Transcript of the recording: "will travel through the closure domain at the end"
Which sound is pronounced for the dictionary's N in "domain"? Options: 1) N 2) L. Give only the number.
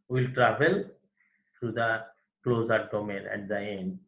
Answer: 2